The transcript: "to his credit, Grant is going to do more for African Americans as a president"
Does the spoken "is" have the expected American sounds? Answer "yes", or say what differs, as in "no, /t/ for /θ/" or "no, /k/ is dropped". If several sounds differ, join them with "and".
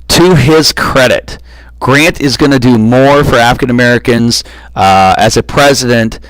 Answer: yes